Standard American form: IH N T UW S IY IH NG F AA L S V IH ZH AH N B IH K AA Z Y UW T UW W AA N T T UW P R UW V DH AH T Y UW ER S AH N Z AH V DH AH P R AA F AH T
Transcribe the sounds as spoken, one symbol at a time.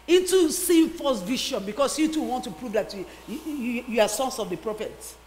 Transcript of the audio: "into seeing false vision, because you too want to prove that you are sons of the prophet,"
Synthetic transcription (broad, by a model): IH N T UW S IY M F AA S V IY SH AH N B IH K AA S Y UW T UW W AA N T T UW P R UW V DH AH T Y UW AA S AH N S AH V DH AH P R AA F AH T